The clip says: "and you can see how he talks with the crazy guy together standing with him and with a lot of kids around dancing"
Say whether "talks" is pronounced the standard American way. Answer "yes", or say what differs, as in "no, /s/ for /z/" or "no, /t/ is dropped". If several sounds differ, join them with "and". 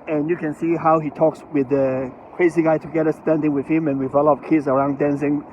yes